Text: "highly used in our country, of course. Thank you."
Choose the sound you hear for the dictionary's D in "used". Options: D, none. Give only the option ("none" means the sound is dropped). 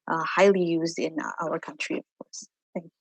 D